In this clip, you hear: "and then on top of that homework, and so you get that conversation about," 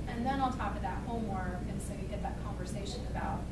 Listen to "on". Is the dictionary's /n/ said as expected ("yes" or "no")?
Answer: no